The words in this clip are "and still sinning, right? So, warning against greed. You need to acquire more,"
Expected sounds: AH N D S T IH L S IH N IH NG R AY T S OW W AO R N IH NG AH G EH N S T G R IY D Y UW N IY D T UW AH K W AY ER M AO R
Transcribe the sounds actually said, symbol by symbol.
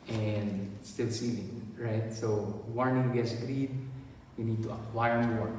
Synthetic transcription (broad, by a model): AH N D S T IH L S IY L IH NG R AY T S OW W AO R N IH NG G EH S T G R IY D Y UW N IY D T UW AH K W AY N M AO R